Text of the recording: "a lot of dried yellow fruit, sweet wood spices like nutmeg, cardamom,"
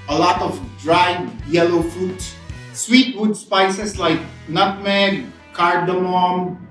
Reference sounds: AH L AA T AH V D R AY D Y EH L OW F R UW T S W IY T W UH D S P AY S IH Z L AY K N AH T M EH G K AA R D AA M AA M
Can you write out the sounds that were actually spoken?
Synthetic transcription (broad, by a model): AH L AA T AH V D R AY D Y EH L OW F UW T S W IY T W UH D S P AY S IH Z L AY K N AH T M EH K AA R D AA M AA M